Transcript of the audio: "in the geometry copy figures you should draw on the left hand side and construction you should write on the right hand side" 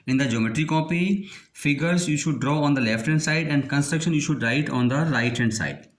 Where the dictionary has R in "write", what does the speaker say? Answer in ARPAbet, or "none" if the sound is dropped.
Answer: R